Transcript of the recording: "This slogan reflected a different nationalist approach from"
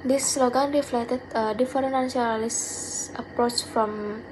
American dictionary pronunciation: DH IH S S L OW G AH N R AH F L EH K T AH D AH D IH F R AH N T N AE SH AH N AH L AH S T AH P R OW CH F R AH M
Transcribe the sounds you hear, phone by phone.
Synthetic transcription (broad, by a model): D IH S S L OW G AH N R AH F L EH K T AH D AH D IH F AH T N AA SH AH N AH L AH S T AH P R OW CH F R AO M